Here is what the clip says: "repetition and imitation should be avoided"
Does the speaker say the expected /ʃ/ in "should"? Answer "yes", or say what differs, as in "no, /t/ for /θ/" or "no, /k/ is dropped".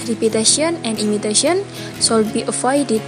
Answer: no, /s/ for /ʃ/